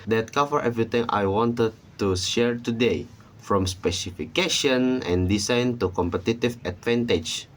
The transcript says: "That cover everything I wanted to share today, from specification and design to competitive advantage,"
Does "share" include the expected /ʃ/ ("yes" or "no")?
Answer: yes